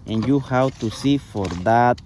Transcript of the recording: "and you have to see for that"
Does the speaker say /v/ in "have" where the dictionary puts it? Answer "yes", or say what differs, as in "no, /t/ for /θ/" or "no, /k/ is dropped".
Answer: no, /w/ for /v/